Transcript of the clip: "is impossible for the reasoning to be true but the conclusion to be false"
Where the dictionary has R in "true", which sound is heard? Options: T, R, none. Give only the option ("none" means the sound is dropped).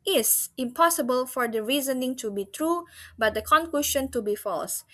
R